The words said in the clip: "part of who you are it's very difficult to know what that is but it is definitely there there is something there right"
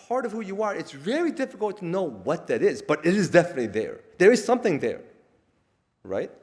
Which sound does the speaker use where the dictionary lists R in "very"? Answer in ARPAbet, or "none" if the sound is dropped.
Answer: L